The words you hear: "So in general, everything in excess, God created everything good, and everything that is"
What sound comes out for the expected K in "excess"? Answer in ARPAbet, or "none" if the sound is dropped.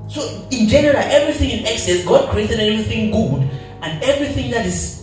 K